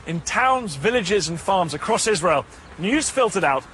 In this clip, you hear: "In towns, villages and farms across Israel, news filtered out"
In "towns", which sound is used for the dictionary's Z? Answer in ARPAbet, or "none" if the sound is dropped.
Z